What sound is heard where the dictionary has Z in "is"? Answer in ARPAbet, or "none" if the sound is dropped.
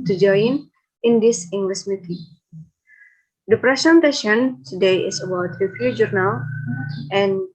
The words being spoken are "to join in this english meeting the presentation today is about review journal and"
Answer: S